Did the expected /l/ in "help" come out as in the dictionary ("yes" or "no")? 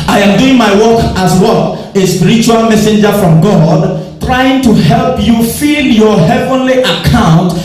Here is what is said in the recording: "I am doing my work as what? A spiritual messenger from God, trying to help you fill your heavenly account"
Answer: yes